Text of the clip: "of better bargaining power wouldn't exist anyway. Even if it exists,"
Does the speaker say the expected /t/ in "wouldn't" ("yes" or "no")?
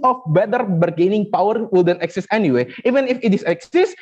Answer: no